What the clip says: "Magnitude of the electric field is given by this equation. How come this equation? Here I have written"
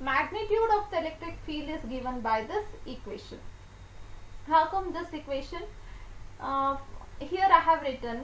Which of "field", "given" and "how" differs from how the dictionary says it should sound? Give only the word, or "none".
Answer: field